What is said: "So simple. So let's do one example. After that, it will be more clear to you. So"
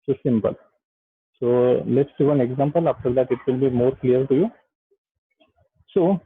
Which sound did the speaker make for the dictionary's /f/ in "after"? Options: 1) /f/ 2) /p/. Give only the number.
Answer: 2